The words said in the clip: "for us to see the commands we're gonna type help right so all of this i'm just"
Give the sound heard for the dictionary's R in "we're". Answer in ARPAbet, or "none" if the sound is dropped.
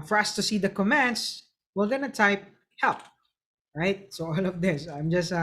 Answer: L